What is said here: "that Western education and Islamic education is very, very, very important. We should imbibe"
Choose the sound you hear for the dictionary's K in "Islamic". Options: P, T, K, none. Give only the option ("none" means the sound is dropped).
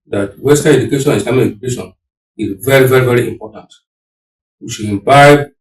none